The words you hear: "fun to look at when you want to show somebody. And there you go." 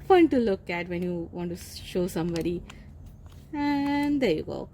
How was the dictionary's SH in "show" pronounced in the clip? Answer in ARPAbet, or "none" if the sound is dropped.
SH